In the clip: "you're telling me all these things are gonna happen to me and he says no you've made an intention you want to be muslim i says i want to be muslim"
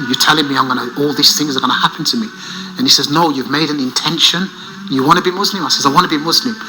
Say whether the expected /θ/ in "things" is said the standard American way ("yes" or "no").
yes